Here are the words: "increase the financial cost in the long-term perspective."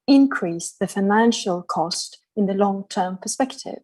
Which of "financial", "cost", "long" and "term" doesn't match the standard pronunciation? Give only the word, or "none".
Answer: none